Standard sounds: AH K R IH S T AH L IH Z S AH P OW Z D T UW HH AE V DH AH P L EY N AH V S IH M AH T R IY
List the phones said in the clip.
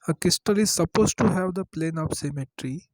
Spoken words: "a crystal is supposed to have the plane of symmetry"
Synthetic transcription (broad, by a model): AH K IH S T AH L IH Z S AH P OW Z T UW HH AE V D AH P L EY N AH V S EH M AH T R IY